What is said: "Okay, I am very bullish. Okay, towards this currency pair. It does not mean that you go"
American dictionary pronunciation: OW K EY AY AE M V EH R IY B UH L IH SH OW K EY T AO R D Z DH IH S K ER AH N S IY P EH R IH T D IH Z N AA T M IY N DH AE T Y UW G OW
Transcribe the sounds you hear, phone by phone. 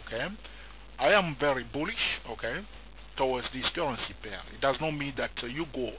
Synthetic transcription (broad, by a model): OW K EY AY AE M V EH R IY B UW L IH SH OW K EY T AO W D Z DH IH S K ER AH N S IY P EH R IH T D IH Z N AA T M IY N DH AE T Y UW G OW